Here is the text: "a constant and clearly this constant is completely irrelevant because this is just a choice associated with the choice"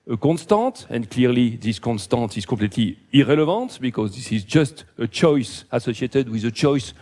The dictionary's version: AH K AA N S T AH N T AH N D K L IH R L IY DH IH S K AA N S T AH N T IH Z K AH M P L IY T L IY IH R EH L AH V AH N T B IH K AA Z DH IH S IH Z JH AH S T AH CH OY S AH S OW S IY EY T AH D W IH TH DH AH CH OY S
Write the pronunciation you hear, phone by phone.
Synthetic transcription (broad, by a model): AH K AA N S T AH T AH N D K L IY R L IY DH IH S K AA N S T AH T IH Z K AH P L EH T L IY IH R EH L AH V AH T B IH K AA Z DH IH S IH Z JH AH S T AH CH OY S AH S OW S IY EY T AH D W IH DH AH CH OY S